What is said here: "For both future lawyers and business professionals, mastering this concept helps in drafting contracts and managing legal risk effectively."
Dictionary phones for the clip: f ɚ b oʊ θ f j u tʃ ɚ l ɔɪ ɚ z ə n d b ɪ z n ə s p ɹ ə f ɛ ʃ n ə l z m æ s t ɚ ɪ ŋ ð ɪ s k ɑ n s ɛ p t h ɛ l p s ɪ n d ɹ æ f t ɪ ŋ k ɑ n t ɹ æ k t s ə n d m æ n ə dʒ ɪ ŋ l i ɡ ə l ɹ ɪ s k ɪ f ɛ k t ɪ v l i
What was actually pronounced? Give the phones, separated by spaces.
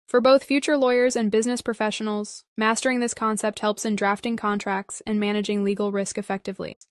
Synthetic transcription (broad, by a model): f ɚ b oʊ θ f j u tʃ ɚ l ɔɪ ɚ z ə n b ɪ z n ə s p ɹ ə f ɛ ʃ n l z m æ s t ɚ ɪ ŋ ð ɪ s k ɑ n s ɛ p t h ɛ l p s ɪ n d ɹ æ f t ɪ ŋ k ɑ n t ɹ æ k t s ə n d m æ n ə dʒ ɪ ŋ l i ɡ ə l ɹ ɪ s k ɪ f ɛ k t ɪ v l i